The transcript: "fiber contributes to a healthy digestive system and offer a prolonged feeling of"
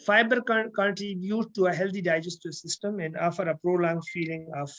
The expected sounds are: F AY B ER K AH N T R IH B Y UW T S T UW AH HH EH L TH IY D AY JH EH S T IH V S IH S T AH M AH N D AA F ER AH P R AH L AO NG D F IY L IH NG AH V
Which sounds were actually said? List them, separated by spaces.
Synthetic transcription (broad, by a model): F AY B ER K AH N T R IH B Y UW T T UW AH HH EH L T IY D AY JH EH S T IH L S IH S T AH M AH N D AA F ER AH P R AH L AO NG F IY L IH NG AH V